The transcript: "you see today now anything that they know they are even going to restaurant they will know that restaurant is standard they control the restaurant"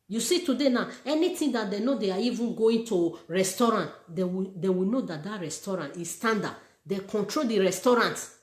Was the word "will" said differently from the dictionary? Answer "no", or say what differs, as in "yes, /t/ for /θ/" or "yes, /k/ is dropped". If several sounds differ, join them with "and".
yes, /w/ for /l/